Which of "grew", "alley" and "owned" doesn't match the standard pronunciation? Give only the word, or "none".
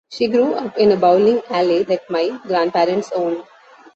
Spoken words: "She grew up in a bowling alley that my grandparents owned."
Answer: none